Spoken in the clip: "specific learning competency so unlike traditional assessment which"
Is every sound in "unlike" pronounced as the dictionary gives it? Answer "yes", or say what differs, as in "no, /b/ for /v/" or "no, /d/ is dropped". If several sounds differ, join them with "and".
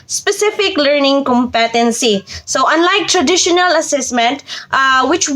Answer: yes